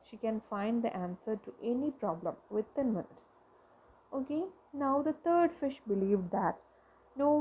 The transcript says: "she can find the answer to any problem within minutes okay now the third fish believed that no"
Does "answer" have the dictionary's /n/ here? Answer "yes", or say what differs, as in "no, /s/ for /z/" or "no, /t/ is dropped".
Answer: yes